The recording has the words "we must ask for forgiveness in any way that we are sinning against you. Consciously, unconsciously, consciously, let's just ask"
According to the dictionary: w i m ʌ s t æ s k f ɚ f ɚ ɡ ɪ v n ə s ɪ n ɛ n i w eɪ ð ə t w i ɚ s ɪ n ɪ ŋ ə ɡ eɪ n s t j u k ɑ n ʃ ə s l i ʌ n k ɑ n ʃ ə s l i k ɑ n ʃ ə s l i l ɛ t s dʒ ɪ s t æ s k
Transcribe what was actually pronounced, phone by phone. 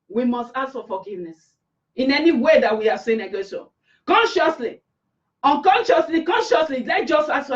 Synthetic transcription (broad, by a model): w i m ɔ s t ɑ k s f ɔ f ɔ ɡ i v n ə s ɪ n ɛ n i w eɪ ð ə t w i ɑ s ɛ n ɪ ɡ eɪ s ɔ k ɑ n ʃ ə s l i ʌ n k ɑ n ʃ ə s l i k ɑ n ʃ ə s l i l ɛ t dʒ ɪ s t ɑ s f